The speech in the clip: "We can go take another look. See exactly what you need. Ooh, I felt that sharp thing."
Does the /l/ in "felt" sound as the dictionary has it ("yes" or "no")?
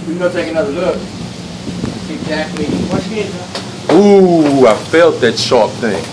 yes